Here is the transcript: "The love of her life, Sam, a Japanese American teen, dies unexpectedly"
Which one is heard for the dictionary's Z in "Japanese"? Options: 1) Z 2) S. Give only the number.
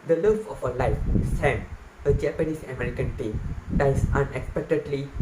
2